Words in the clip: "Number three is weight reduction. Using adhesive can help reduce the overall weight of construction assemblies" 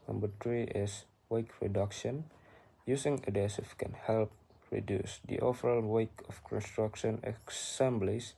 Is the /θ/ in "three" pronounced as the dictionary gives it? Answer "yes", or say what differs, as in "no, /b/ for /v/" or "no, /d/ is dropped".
no, /t/ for /θ/